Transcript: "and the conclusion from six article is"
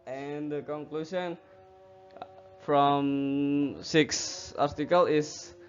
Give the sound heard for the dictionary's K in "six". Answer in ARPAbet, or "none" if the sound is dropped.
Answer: K